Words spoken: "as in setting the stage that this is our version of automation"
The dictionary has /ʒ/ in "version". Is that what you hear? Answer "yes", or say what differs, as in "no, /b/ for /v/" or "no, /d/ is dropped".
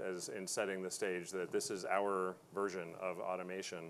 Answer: yes